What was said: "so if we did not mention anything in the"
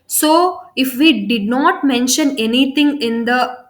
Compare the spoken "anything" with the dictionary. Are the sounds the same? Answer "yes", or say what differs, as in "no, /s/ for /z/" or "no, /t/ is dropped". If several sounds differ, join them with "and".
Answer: no, /t/ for /θ/